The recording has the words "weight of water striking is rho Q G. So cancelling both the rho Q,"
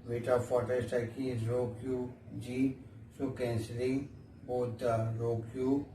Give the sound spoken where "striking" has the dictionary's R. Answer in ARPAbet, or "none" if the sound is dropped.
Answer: none